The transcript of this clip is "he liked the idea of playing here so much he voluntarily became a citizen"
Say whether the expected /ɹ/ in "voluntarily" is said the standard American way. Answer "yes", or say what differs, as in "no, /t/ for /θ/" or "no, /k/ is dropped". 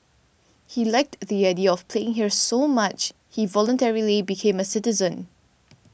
yes